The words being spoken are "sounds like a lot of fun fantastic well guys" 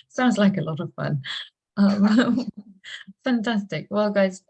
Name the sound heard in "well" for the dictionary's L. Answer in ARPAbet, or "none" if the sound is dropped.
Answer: L